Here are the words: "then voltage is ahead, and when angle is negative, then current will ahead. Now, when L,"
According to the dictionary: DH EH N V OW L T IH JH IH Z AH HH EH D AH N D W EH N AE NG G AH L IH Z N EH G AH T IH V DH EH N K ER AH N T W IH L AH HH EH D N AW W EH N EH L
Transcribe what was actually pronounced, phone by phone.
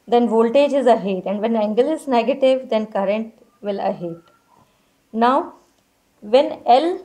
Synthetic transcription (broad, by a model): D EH N V OW L T IH JH IH Z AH HH EH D AH N D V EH N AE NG G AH L IH Z N EH G AH T IH V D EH N K ER AH N T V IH L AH HH EH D N AW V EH N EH L